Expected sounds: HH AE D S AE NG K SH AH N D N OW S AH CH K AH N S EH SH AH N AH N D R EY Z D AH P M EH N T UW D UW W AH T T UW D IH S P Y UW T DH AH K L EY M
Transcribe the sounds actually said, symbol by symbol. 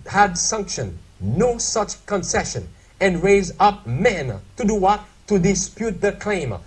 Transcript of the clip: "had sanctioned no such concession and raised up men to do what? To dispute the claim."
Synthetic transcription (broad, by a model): HH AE D S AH NG K SH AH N N OW S AH CH K AH N S EH SH AH N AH N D R EY Z AH P M EH N T UW D UW W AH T T UW D IH S P Y UW T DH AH K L EY M